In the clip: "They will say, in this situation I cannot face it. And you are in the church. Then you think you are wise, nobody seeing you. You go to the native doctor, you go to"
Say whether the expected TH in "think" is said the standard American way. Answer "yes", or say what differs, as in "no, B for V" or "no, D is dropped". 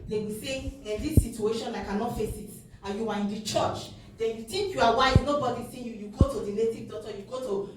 no, T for TH